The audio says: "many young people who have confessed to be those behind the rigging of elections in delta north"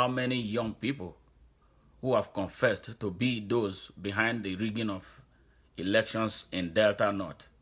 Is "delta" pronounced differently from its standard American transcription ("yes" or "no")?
no